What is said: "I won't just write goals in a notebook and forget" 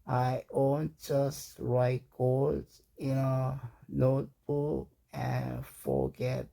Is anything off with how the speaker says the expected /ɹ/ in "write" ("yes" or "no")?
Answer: no